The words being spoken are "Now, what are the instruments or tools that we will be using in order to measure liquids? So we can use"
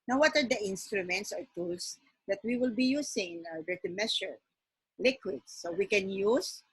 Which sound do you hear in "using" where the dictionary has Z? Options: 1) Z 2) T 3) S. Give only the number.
3